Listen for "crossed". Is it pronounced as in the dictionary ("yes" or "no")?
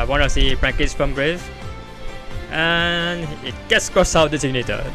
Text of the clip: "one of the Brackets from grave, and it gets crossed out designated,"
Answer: no